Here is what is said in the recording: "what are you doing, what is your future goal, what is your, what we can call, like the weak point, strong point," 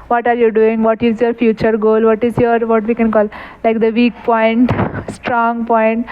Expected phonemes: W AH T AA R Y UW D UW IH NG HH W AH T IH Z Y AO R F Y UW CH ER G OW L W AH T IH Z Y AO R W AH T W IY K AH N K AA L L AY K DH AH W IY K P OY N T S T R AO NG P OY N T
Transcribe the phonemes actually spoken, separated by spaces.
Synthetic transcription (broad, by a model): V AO T AA R Y UW D UW IH NG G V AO T IH Z Y AO R F Y UW CH ER G OW L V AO T IH Z Y AO R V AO T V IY K AH N K AA L L AY K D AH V IY K P OY N T S T R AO NG P OY N T